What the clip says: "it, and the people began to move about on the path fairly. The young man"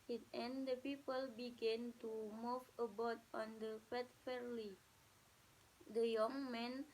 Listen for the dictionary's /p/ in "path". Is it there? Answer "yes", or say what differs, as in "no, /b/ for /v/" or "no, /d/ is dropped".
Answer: no, /f/ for /p/